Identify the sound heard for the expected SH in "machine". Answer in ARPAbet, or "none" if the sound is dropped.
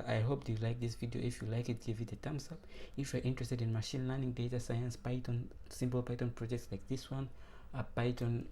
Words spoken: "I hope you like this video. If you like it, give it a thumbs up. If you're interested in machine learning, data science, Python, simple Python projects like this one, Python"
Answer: SH